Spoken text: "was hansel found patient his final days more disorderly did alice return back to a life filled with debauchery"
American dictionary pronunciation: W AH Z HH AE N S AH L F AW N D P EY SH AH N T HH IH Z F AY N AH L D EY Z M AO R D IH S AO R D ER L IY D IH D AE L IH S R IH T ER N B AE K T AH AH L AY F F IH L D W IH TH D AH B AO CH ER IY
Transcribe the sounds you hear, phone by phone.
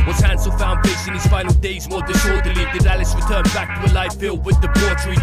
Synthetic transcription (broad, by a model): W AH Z HH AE N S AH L F AW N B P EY S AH N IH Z F AY N L D EY Z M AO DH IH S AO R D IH L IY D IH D AE L IH S R IH T ER N B AE K T AH AH L AY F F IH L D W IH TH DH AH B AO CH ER